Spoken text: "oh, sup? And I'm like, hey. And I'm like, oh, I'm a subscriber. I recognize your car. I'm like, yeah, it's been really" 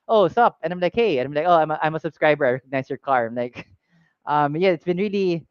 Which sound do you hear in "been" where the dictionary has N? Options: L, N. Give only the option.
N